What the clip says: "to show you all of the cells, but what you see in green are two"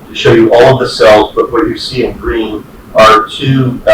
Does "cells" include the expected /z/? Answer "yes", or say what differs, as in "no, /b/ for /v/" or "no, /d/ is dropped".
yes